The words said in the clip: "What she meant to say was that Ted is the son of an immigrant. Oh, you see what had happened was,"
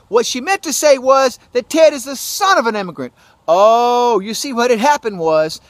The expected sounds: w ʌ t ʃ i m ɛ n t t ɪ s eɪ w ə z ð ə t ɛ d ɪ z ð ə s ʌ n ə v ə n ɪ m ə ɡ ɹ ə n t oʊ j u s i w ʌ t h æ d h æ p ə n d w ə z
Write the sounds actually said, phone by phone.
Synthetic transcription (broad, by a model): w ʌ t ʃ i m ɛ n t t ɪ s eɪ w ə z ð ə t ɛ d ɪ z ð ə s ʌ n ə v ə n ɪ m ə ɡ ɹ ə n t oʊ j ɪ s i w ʌ t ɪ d h æ p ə n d w ə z